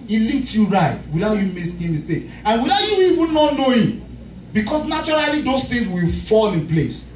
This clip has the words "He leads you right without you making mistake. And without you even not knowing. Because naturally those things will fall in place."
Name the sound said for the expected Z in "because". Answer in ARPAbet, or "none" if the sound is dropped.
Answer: S